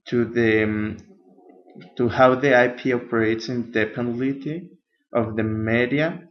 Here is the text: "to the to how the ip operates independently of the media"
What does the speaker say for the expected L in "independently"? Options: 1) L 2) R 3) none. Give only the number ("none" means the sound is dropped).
3